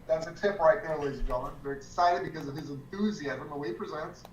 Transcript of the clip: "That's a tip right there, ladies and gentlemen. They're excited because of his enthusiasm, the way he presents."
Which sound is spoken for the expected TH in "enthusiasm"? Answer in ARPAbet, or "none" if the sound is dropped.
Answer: TH